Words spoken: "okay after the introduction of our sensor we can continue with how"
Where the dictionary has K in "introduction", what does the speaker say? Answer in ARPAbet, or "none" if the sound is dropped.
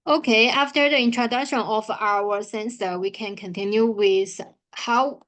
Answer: K